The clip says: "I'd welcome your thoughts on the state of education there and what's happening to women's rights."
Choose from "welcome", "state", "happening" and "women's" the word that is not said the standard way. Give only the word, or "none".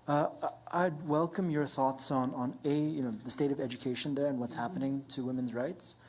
none